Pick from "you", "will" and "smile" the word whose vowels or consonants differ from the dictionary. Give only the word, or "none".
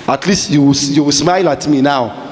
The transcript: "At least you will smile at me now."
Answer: will